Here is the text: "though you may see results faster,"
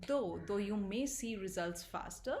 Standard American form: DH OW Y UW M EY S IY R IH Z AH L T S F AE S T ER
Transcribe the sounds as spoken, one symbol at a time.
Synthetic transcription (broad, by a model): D OW Y UW M EY S IY R IH Z AH L T S F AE S T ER